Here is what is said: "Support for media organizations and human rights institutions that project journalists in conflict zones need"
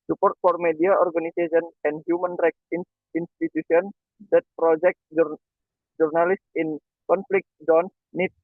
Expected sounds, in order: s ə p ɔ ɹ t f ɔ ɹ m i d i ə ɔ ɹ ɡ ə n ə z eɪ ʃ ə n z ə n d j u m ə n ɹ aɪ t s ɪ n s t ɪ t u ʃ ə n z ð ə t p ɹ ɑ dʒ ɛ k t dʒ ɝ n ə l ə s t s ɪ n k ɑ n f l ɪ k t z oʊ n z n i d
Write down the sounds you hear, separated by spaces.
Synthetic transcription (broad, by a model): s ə p ɔ ɹ t f ɔ ɹ m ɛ d i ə ɔ ɹ ɡ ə n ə s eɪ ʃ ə n ə n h j u m ə n ɹ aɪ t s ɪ n s t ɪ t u s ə n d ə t p ɹ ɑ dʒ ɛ k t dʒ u n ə l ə s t ɪ n k ɑ n f l ɪ k t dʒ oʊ n s n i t